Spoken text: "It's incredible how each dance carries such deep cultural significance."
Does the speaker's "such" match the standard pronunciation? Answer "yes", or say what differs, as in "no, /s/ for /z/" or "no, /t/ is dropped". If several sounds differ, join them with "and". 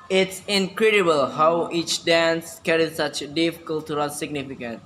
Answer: yes